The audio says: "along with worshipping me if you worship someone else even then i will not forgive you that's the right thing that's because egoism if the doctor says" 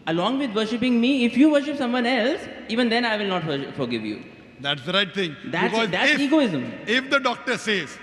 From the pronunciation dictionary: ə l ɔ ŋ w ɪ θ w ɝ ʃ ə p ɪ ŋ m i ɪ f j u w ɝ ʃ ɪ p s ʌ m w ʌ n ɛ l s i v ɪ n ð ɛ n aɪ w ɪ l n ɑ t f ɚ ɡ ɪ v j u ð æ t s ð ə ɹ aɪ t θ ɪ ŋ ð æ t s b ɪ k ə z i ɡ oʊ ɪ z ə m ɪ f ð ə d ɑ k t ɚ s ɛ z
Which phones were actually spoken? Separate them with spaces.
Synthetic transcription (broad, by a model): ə l ɔ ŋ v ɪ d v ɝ ʃ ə p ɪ ŋ m i ɪ f j u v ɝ ʃ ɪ p s ʌ m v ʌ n ɛ l s i v ɪ n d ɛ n aɪ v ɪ l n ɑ t f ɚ ɡ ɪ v j u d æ t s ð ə ɹ aɪ t t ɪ ŋ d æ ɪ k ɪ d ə s i ɡ oʊ ɪ z ə m ɪ f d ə d ɑ k t ɚ s ɛ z